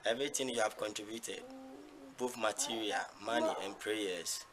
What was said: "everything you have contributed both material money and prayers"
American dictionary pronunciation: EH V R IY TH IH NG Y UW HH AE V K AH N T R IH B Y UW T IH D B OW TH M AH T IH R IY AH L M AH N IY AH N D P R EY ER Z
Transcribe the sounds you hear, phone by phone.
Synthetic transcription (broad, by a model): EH V R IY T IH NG Y UW HH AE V K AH N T R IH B Y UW T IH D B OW F M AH T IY R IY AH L M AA N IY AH N P R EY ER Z